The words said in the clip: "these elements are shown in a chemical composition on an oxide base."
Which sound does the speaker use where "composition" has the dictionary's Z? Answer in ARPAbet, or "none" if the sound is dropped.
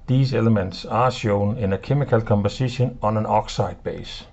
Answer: S